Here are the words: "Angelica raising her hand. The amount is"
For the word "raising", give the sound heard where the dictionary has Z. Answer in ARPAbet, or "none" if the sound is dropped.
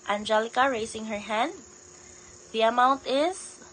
S